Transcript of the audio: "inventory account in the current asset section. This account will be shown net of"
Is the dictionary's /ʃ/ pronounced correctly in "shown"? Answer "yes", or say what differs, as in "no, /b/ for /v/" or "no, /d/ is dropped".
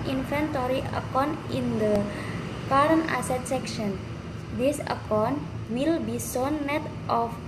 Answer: no, /s/ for /ʃ/